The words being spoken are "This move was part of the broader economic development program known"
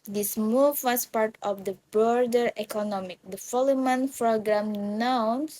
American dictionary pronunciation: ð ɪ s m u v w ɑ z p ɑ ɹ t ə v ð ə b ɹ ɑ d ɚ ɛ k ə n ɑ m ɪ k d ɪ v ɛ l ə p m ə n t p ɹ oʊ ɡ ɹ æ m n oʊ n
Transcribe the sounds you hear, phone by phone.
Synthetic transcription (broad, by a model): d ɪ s m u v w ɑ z p ɑ ɹ t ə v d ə b ɹ d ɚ ɛ k ə n ɑ m ɪ k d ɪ f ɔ l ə m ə n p ɹ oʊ ɡ ɹ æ m n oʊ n